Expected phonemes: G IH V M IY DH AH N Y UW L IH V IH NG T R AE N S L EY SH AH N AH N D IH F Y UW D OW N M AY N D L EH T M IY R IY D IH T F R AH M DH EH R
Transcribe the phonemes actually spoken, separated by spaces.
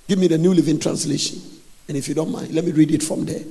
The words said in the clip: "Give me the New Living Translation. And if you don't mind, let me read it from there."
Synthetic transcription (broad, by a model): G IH V M IY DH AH N Y UW L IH V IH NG T R AE N S L EY SH AH N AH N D IH F Y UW D OW N M AY N D L EH T M IY R IY D IH T F R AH M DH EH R